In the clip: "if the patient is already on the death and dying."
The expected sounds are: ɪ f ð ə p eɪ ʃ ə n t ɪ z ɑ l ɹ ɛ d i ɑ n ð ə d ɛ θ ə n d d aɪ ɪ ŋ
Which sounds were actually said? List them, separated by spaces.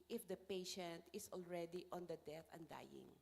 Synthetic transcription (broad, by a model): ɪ f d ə p eɪ ʃ ə n t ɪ s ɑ l ɹ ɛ d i ɑ n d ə d ɛ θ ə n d d aɪ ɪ ŋ